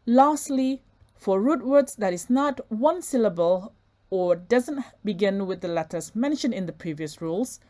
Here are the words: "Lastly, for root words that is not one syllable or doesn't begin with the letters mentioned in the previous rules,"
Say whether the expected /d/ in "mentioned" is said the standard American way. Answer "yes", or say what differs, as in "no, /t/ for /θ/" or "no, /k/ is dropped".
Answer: no, /d/ is dropped